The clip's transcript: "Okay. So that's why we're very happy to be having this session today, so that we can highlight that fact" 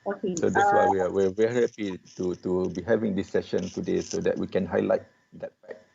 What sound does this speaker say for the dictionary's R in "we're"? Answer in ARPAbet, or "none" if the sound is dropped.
W